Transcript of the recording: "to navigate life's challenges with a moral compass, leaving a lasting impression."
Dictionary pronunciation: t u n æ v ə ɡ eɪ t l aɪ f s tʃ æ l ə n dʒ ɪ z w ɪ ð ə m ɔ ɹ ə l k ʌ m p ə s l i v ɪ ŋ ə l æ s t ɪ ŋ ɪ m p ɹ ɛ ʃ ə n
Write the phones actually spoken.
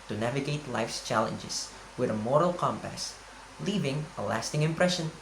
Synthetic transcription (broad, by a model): t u n æ v ə ɡ eɪ t l aɪ f s tʃ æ l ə n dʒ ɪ s w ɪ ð ə m ɔ ɹ ə l k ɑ m p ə s l i v ɪ ŋ ə l æ s t ɪ ŋ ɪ m p ɹ ɛ ʃ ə n